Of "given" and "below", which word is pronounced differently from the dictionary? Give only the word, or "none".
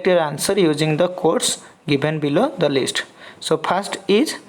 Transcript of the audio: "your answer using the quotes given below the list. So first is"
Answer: given